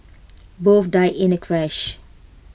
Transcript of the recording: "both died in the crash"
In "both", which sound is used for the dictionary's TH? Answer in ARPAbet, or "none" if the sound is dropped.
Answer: F